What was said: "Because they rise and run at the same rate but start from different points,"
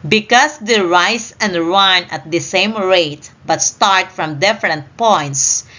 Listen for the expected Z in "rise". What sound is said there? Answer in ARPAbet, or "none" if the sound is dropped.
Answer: S